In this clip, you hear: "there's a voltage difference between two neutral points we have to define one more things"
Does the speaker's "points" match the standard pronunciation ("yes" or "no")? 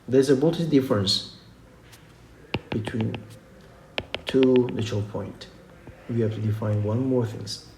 no